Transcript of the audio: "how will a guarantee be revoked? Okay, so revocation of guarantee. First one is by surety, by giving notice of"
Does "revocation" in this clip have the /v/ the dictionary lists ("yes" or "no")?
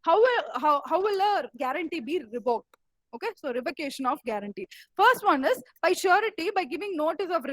no